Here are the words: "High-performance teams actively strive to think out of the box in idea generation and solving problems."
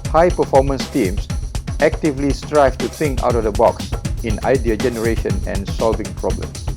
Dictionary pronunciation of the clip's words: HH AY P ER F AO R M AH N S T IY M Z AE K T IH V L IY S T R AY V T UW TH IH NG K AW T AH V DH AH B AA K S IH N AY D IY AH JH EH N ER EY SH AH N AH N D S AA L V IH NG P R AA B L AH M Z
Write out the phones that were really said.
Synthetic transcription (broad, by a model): HH AY P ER F AO M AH N S T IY M S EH K T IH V L IY S T R AY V T UW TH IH NG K AW T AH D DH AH B AA K S IH N AY D IY AH JH EH N ER EY SH AH N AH N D S AA L V IH NG P R AA B L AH M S